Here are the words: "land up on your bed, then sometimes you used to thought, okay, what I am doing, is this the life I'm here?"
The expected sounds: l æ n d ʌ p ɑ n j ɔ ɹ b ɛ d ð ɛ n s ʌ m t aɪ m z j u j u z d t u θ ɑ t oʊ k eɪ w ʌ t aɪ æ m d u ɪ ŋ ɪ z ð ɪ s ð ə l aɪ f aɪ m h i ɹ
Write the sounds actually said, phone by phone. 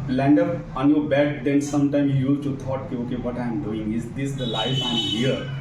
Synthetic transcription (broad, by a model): l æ n d ʌ p ɑ n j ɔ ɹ b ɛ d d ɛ n s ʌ m t aɪ m j u j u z t u t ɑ t oʊ k eɪ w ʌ t aɪ m d u ɪ ŋ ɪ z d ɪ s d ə l aɪ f aɪ m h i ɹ